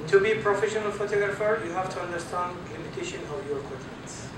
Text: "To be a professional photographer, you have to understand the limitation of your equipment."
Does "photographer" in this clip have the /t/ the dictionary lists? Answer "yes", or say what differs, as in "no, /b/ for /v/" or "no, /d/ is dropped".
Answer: yes